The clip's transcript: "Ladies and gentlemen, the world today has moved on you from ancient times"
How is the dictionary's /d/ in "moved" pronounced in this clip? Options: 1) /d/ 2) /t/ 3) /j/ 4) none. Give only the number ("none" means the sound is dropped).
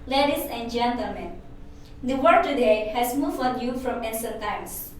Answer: 4